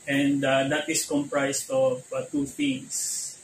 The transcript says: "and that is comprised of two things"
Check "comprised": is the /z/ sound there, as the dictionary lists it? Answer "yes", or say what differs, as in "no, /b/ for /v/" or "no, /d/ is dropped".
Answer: no, /s/ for /z/